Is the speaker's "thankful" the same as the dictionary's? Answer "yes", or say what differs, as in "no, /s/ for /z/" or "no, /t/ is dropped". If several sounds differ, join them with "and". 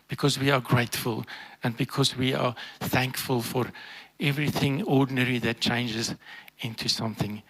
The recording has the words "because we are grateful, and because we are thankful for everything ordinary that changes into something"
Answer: yes